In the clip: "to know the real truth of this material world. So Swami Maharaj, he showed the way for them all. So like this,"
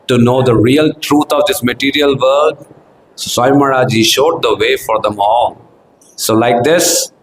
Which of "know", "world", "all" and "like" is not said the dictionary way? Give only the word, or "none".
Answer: world